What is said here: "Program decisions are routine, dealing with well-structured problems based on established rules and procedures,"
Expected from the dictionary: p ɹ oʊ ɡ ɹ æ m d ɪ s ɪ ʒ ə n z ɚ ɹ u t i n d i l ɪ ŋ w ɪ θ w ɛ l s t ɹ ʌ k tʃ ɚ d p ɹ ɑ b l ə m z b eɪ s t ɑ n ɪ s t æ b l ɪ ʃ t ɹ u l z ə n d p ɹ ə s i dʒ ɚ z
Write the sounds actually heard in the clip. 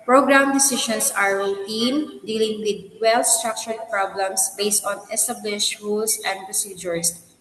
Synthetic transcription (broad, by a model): p ɹ oʊ ɡ ɹ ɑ m d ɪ s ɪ ʃ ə n s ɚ ɹ u t i n d i l ɪ ŋ w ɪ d w ɛ l s t ɹ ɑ k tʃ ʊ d p ɹ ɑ b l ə m s b eɪ s t ɑ n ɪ s t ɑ b l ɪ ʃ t ɹ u l s ə n d p ɹ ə s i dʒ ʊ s